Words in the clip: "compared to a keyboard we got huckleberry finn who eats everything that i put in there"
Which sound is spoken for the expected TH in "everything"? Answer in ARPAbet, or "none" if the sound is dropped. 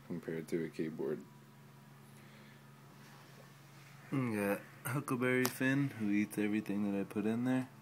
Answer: TH